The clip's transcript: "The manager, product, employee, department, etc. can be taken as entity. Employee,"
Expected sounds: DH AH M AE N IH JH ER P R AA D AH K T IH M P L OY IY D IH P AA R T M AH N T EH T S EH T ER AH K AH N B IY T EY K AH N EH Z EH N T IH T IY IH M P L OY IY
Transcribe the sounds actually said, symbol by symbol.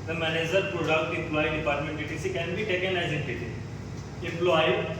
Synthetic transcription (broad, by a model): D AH M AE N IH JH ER P R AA D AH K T IH M P L OY IY D IH P AA R T M AH N T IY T IY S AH K AH N B IY T EY K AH N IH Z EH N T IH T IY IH M P L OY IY